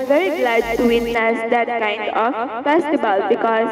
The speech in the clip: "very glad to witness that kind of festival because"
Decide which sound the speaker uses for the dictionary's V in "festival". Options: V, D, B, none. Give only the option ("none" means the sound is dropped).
B